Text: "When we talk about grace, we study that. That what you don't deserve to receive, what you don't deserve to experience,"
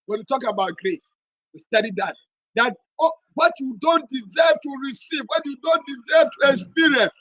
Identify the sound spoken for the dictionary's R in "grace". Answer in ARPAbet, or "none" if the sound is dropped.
R